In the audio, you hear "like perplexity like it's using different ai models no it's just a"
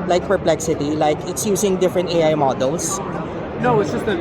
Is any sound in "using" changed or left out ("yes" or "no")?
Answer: yes